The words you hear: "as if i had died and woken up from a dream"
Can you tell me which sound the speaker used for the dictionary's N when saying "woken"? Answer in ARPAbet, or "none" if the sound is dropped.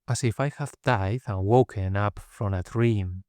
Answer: N